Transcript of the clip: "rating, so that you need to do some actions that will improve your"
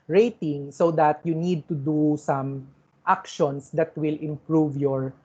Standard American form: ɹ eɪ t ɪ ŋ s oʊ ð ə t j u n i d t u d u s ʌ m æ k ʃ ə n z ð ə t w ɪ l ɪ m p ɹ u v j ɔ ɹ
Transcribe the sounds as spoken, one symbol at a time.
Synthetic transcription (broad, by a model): ɹ eɪ t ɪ ŋ s oʊ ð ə t j u n i d t u d u s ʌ m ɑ k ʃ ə n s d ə t w ɪ l ɪ m p ɹ u v j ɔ ɹ